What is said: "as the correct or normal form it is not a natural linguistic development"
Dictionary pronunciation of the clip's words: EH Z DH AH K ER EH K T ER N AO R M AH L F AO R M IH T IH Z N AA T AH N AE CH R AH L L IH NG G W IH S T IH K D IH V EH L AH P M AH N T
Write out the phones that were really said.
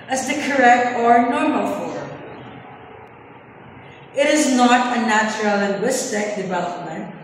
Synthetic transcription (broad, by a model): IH Z DH AH K ER EH K T ER N AO R M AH L F AO R M IH T IH Z N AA T AH N AE CH R AH L L IH NG G W IH S T IH K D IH V EH L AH P M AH N T